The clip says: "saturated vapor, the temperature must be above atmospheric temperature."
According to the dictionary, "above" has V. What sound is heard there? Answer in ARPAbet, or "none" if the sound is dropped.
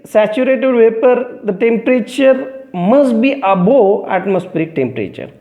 none